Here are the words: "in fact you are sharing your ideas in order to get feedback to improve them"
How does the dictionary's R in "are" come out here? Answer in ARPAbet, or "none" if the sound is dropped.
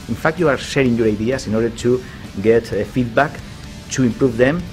R